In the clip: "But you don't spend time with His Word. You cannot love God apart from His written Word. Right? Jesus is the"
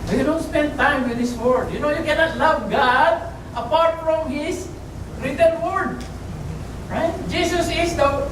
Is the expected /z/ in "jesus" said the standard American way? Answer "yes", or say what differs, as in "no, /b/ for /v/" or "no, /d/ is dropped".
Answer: no, /s/ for /z/